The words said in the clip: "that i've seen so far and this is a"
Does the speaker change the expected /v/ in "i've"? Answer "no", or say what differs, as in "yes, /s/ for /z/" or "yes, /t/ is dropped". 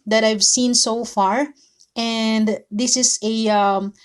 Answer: no